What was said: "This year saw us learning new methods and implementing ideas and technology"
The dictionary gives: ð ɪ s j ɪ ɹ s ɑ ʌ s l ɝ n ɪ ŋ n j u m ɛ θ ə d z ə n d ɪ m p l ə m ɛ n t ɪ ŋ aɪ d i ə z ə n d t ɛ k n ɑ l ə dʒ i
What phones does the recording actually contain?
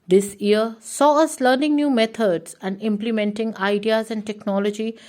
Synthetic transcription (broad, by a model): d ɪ s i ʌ s ɑ ʌ s l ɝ n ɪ ŋ n j u m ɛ t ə d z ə n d ɪ m p l ə m ɛ n t ɪ ŋ aɪ d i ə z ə n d t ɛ k n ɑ l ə dʒ i